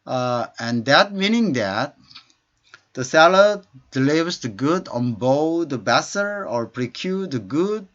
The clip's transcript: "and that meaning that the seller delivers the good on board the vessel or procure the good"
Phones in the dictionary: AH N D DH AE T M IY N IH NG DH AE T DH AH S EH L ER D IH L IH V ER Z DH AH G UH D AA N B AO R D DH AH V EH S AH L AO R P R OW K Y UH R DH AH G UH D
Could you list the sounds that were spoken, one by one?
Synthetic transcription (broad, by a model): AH N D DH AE T M IY N IH NG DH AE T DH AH S EH L ER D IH L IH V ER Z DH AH G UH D AA N B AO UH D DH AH B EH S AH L AO R P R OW K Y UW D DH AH G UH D